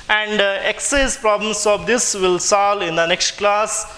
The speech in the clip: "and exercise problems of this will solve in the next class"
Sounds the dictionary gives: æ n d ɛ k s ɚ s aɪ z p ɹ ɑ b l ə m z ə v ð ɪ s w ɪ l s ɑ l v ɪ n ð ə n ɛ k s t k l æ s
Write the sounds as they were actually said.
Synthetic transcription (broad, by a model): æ n d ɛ k s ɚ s p ɹ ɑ b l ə m s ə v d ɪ s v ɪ l s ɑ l ɪ n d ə n ɛ k s t k l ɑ s